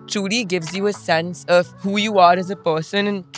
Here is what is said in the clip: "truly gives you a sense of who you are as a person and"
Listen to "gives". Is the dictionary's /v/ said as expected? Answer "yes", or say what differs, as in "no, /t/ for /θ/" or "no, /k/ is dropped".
yes